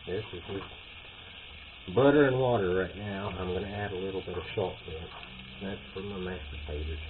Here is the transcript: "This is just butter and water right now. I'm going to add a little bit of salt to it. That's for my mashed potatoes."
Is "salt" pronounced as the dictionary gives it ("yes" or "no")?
no